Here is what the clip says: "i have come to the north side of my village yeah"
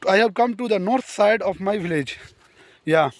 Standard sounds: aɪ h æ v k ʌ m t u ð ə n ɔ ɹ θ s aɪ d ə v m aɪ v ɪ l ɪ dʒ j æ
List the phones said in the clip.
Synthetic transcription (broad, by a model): aɪ h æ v k ʌ m t u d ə n ɔ ɹ t s aɪ d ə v m aɪ v ɪ l ɪ dʒ j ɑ